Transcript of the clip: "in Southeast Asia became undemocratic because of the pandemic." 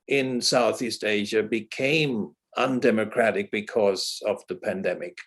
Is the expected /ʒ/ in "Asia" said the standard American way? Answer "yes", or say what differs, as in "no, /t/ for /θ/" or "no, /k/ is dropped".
yes